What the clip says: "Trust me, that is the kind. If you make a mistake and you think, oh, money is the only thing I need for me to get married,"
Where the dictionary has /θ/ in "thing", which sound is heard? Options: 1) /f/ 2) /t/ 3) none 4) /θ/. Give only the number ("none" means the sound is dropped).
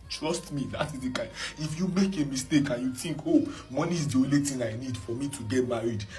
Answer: 2